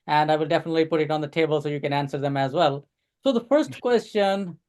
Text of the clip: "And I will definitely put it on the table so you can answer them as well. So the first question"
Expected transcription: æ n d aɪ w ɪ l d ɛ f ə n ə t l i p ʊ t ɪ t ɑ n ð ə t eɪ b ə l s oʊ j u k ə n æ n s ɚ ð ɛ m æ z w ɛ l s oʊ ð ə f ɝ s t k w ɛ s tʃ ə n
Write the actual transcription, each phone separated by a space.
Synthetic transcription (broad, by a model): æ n d aɪ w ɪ l d ɛ f ə n ə t l i p ʊ t ɪ t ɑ n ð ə t eɪ b ə l s oʊ j u k ə n æ n s ɚ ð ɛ m æ z w ɛ l s oʊ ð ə f ɝ s t k w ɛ s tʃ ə n